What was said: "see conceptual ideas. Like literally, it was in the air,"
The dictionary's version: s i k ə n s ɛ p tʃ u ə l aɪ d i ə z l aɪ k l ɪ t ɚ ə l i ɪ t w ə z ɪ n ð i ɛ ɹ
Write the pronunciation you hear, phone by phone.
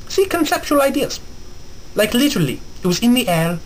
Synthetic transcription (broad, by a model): s i k ə n s ɛ p tʃ u ə l aɪ d i ə z l aɪ k l ɪ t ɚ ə l i ɪ t w ə z ɪ n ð i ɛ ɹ